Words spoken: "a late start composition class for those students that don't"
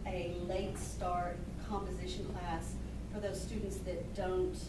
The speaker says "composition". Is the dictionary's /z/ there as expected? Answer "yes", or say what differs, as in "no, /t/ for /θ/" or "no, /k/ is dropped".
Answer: yes